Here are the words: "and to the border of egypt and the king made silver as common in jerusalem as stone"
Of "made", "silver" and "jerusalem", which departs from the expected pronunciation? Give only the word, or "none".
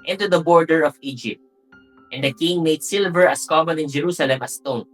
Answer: none